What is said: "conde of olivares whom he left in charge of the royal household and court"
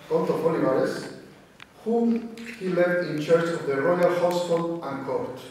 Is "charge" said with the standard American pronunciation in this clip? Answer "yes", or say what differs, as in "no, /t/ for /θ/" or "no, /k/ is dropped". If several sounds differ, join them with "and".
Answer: no, /tʃ/ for /dʒ/